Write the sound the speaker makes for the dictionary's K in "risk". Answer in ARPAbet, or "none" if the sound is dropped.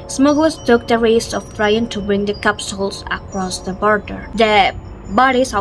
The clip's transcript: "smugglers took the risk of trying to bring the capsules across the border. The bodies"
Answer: none